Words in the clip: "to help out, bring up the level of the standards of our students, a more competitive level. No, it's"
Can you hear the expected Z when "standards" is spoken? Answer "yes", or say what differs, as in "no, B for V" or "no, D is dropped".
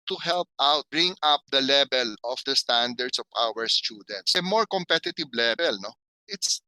no, S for Z